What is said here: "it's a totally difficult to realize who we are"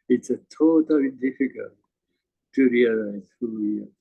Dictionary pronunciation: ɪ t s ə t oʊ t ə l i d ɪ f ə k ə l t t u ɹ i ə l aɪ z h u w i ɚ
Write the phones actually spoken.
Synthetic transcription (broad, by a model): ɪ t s ə t oʊ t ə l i d ɪ f ə k ə l t t u ɹ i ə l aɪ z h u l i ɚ